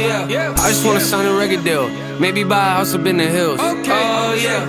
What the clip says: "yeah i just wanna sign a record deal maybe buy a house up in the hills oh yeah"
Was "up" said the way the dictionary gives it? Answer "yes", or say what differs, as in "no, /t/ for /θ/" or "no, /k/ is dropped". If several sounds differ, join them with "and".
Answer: no, /b/ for /p/